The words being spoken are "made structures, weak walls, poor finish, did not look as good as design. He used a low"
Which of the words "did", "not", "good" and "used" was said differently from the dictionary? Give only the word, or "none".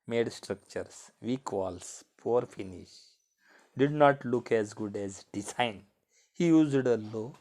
none